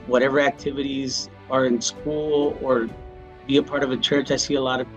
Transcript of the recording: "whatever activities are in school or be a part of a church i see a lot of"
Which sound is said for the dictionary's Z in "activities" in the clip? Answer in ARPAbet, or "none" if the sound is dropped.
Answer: Z